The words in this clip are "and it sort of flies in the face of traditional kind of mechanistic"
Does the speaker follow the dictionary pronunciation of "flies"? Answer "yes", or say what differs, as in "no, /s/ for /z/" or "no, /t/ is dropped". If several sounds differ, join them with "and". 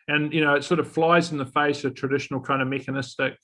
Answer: yes